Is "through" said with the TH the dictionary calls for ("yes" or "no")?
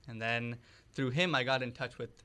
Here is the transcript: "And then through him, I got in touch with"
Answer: yes